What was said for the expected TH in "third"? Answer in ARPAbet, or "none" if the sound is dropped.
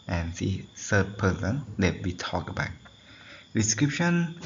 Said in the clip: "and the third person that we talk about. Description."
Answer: S